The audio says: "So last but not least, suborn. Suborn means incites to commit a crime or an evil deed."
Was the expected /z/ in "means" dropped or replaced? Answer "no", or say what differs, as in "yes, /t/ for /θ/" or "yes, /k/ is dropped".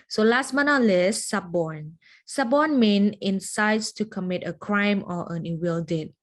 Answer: yes, /z/ is dropped